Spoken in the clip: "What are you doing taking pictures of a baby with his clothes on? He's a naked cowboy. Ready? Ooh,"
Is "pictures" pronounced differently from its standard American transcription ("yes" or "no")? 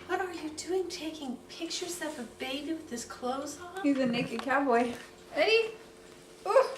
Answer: yes